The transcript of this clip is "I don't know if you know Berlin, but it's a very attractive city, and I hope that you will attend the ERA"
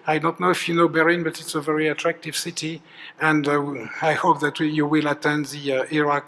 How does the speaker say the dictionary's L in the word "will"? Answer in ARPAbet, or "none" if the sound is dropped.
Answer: L